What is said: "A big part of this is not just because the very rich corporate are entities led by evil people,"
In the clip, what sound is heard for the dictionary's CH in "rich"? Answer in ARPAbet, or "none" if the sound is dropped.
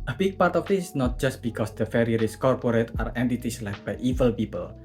S